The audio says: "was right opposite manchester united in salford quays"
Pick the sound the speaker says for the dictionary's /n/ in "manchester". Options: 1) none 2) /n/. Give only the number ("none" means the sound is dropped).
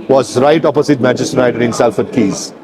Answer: 1